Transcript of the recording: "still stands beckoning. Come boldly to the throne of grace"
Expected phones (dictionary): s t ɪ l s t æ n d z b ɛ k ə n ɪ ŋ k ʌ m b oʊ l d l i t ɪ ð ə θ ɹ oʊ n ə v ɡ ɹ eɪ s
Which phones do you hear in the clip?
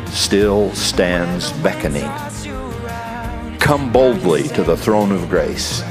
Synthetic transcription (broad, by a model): s t ɪ l s t æ n d z b ɛ k ə n ɪ ŋ k ʌ m b oʊ l d l i t ɪ ð ə θ ɹ oʊ n ə v ɡ ɹ eɪ s